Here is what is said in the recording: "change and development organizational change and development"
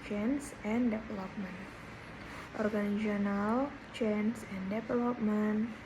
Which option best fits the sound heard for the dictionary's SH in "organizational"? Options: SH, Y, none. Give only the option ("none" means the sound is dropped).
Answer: none